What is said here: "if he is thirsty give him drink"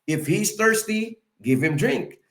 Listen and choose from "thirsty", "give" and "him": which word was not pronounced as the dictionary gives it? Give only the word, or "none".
none